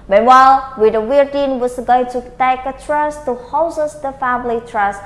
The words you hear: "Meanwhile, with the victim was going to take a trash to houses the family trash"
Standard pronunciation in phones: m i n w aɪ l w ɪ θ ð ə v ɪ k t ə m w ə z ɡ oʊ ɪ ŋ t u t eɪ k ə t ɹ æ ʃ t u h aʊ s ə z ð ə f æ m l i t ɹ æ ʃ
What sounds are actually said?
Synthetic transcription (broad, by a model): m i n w aɪ l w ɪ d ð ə w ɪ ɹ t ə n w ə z ɡ oʊ ɪ ŋ t u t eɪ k ə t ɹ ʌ s t u h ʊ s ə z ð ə f æ m l i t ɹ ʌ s